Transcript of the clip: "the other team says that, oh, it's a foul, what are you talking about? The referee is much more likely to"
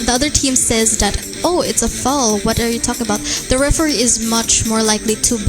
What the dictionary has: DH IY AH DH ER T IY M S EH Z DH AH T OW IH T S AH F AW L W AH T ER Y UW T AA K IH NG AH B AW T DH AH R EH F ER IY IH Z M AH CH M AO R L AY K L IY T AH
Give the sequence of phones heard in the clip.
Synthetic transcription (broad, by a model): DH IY AH DH ER T IY M S EH Z DH AH T OW IH T S AH F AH L W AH T ER Y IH T AA K IH NG AH B AW T DH AH R EH F ER IY IH Z M AH CH M AO R L AY K L IY T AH